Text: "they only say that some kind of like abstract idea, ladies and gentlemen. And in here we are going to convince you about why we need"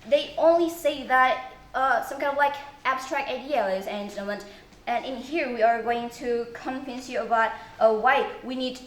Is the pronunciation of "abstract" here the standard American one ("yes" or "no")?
yes